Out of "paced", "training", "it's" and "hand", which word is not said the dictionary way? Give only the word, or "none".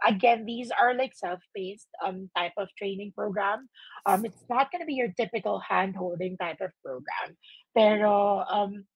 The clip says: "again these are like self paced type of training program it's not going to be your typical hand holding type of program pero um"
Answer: paced